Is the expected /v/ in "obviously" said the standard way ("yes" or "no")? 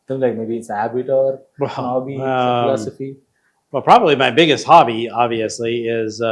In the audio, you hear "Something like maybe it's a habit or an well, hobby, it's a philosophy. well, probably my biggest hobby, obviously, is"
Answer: yes